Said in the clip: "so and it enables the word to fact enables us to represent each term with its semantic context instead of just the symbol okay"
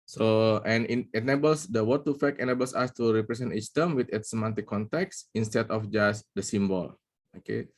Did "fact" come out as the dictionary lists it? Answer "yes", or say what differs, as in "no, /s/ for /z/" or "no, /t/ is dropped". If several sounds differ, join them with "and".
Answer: no, /t/ is dropped